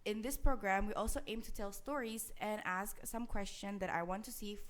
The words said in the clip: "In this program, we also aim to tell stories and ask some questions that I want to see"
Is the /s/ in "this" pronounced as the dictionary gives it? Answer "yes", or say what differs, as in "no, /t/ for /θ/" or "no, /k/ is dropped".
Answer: yes